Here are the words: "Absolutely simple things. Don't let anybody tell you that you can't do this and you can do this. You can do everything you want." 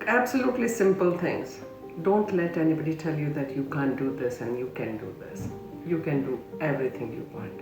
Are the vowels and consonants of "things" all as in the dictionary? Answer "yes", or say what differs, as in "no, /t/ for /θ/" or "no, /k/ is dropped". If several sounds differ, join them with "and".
no, /t/ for /θ/